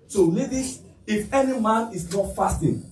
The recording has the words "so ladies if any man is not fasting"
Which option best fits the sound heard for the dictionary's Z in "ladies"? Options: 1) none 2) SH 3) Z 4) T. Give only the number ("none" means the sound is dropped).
1